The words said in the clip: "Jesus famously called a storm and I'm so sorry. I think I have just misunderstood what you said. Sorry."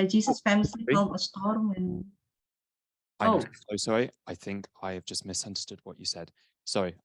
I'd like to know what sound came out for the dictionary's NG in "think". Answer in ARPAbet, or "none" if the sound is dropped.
NG